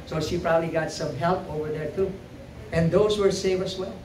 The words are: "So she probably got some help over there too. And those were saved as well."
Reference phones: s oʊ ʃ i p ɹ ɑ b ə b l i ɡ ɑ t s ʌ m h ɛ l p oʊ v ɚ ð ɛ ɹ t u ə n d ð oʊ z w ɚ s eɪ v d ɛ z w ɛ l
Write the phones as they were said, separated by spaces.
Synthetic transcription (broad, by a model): s oʊ ʃ i p ɹ ɑ b ə b l i ɡ ɑ t s ʌ m h ɛ l p oʊ v ɚ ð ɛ ɹ t u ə n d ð oʊ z w ɚ s eɪ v ɛ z w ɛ l